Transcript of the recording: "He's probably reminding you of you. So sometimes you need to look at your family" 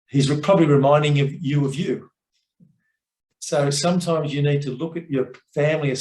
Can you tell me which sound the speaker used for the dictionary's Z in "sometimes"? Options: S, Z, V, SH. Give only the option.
Z